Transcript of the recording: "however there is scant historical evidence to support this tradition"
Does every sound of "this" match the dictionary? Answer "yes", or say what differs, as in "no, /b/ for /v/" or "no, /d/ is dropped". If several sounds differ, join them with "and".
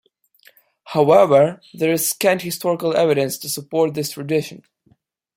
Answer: yes